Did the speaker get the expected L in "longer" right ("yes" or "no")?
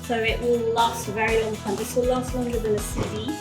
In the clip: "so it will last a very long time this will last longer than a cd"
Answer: no